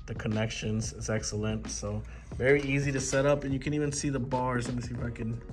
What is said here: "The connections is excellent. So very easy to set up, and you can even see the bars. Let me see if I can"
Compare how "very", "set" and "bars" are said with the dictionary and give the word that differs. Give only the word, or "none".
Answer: none